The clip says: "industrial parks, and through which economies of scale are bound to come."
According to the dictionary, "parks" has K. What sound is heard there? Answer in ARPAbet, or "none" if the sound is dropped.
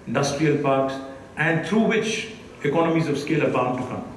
K